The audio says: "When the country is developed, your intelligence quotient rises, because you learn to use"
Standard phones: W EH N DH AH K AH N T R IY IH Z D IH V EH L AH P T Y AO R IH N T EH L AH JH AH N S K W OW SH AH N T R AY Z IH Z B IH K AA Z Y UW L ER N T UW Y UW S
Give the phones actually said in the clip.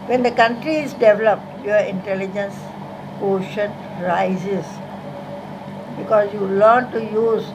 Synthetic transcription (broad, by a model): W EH N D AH K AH N T R IY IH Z D IH V EH L AH P T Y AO IH N T EH L AH JH AH N S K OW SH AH N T R AY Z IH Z B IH K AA S Y UW L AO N T UW Y UW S